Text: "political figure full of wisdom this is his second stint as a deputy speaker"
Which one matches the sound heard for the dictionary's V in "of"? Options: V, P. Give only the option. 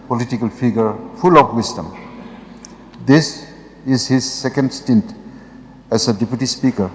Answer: P